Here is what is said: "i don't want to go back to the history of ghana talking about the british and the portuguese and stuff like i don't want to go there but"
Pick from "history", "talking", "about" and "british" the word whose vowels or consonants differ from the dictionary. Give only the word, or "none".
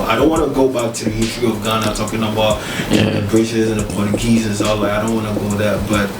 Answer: british